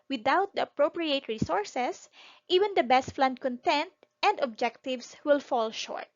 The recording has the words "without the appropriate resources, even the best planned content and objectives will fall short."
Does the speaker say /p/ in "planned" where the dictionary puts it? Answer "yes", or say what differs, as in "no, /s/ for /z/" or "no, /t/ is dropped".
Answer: no, /f/ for /p/